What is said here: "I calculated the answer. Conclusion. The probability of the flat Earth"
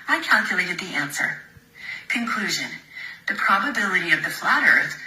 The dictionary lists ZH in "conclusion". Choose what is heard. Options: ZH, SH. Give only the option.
ZH